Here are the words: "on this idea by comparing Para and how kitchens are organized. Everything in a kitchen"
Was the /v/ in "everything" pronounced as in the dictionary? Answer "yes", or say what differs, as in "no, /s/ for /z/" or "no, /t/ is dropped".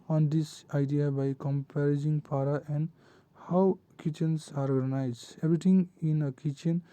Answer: no, /b/ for /v/